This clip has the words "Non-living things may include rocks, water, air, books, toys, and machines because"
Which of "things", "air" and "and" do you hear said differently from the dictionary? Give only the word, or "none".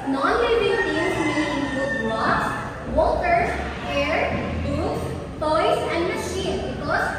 things